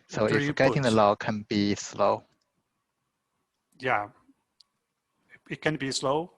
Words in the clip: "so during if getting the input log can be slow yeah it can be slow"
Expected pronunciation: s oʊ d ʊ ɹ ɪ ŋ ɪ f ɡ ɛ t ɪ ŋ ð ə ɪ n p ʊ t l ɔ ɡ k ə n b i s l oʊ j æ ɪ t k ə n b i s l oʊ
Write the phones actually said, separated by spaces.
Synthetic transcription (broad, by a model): s oʊ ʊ ɪ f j ɡ ɛ t ɪ ŋ ð ə l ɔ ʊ k ə n b i s l oʊ j æ ɪ t k ə n b i s l oʊ